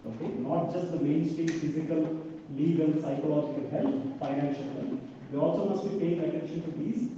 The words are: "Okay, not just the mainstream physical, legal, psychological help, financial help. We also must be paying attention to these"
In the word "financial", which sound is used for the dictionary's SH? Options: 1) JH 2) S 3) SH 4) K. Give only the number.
3